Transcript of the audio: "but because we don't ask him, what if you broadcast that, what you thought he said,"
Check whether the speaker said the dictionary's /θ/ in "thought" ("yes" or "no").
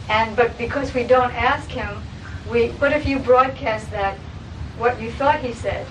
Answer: yes